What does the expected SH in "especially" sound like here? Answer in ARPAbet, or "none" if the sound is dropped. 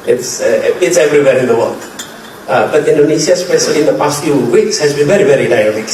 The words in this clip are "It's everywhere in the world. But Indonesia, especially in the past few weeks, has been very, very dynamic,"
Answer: S